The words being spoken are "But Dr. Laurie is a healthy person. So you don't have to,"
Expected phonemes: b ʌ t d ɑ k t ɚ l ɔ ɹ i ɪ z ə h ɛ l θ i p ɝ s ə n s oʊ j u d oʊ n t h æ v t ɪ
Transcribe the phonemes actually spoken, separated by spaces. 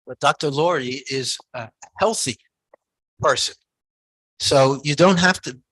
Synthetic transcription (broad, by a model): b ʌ t d ɑ k t ɚ l ɔ ɹ i ɪ z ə h ɛ l θ i p ɝ s ə n s oʊ j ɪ d oʊ n t h æ f t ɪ